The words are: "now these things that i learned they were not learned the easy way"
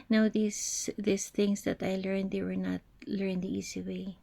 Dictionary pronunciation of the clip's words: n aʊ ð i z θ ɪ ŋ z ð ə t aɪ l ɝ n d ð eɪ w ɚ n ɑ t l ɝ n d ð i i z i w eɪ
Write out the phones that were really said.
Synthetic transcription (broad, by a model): n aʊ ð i s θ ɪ ŋ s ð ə t aɪ l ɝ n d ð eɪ w ɚ n ɑ t l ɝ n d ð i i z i w eɪ